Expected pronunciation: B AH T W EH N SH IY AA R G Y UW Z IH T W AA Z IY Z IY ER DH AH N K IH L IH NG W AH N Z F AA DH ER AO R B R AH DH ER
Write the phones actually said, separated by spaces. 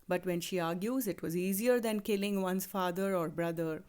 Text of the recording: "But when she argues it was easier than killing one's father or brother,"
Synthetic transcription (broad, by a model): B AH T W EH N SH IY AA R G Y UW Z IH T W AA Z IY Z IY ER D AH N K IH L IH NG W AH N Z F AA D ER AO R B R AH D ER